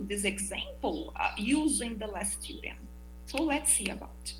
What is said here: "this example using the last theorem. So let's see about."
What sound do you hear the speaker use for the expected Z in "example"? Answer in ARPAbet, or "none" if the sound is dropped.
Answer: Z